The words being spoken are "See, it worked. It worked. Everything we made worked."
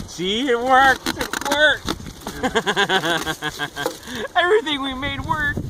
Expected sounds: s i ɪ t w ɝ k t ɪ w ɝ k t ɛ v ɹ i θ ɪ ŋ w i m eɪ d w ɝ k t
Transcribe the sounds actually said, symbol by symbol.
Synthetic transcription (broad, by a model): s i ɪ t w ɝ k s ɪ w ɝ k ɛ v ɹ i θ ɪ ŋ w i m eɪ d w ɝ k